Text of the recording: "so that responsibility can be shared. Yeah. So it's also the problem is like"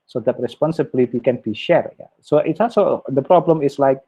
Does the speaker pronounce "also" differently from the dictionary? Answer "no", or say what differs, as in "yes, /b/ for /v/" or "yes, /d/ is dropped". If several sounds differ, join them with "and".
no